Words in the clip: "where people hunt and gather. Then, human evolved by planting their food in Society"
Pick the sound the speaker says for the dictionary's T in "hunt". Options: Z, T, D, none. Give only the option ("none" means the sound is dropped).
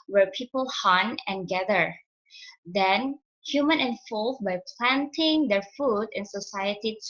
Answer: none